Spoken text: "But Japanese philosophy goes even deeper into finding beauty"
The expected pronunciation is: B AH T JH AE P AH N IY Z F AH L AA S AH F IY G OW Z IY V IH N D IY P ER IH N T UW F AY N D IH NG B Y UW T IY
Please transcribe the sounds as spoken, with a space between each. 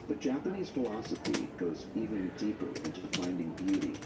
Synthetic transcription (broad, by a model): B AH T JH AE P AH N IY Z F AH L AA S AH F IY G OW Z IY V IH N D IY P ER IH N T UW F AY N D IH NG B Y UW T IY